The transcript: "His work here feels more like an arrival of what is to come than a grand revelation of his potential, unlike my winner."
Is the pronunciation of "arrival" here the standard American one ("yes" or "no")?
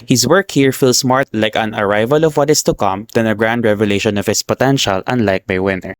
yes